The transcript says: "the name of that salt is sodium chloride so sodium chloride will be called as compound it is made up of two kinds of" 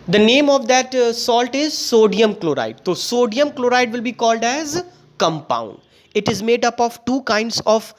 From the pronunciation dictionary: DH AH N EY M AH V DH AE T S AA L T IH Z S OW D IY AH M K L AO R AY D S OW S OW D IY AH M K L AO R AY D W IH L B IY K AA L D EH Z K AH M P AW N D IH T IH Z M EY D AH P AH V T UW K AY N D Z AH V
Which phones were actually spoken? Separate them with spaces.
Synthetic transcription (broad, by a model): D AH N EY M AH V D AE T S AA L T IH Z S OW D IY AH M K L AO R AY D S OW S OW D IY AH M K L AO R AY D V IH L B IY K AA L D EH Z K AH M P AW N D IH T IH Z M EY D AH P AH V T UW K AY N D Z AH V